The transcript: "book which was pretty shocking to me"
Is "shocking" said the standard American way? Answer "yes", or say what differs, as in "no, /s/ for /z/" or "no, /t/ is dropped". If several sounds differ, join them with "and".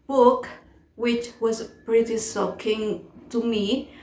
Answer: no, /s/ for /ʃ/